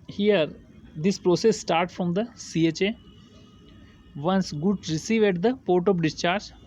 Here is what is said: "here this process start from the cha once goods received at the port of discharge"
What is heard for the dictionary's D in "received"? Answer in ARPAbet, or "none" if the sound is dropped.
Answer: none